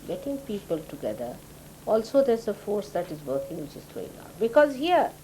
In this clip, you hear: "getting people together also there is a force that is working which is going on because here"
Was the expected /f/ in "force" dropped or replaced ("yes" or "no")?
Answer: no